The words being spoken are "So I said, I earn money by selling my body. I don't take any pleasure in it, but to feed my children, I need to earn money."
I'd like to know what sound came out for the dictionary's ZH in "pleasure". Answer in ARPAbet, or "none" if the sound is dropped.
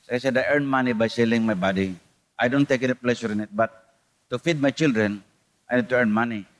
SH